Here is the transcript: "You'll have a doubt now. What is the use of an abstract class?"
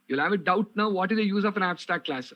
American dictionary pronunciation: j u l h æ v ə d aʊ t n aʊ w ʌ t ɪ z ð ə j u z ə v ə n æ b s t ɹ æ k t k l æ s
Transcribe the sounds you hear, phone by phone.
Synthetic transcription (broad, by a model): j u l h æ v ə d aʊ t n aʊ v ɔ t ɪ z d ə j u z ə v ə n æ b s t æ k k l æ s